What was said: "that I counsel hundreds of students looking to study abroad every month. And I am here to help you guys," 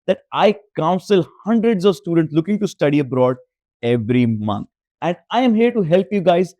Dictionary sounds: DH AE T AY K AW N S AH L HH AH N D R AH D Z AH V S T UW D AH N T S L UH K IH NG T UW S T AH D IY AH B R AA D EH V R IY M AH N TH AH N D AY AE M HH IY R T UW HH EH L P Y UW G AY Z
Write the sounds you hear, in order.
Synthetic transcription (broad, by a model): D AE T AY K AW N S AH L HH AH N D R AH D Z AH V S T UW D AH N T S L UH K IH NG T UW S T AH D IY AH B R AA D EH V R IY M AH N T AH N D AY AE M HH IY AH T UW HH EH L P Y UW G AY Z